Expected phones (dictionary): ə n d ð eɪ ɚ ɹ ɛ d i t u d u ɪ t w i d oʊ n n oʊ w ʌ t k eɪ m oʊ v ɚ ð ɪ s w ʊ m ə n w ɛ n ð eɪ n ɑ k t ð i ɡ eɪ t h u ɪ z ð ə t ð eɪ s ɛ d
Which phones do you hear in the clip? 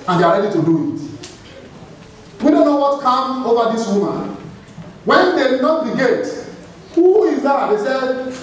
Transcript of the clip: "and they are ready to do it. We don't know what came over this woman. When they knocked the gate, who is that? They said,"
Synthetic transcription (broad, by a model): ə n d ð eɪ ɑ ɹ ɛ d i t u d u ɪ t w i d oʊ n n oʊ w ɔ t k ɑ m oʊ v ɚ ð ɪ s w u m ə n w ɛ n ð eɪ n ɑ t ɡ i ɡ eɪ t h u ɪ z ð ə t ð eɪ s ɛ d